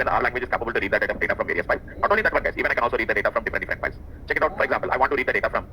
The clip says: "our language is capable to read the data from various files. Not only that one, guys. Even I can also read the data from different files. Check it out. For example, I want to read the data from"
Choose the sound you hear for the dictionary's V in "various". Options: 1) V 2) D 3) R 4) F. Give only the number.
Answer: 1